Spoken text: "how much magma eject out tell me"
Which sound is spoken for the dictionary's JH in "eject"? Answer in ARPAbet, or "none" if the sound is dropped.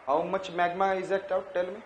Z